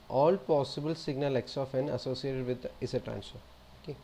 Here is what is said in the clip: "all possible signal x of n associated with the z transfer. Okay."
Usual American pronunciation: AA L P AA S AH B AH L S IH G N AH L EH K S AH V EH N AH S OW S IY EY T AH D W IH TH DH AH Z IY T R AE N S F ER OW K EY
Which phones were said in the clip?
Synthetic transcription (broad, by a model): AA L P AA S AH B AH L S IH G N AH L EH K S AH F EH N AH S OW S IY EY T AH D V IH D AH S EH T R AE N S ER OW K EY